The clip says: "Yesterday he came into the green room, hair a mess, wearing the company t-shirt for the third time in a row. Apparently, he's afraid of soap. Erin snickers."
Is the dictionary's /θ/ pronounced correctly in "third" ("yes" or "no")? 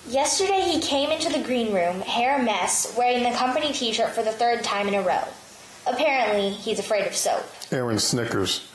yes